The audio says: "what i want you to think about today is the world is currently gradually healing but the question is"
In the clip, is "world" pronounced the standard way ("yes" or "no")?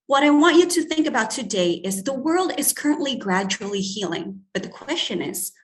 yes